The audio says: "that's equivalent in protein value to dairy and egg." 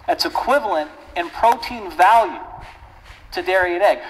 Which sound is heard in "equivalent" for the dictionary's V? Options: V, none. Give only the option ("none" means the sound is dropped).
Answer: V